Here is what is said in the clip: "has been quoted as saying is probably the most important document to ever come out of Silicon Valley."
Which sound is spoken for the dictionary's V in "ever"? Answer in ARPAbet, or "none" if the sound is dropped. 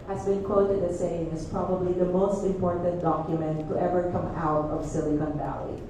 V